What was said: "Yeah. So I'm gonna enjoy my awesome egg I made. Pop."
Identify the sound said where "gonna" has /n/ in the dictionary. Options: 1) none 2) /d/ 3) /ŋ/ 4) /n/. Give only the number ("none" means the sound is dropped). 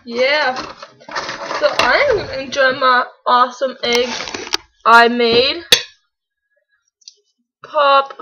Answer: 1